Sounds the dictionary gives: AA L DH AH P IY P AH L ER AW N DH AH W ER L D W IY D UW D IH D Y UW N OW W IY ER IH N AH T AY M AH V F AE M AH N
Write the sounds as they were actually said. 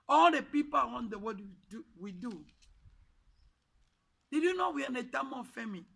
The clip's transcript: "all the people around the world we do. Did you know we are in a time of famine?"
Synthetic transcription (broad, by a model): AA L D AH P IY P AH W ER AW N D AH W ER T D W IY D UW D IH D Y UW N OW W IY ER IH N AH T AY M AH F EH M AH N